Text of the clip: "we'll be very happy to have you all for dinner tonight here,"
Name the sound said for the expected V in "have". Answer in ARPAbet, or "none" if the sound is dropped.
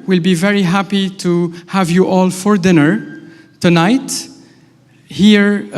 V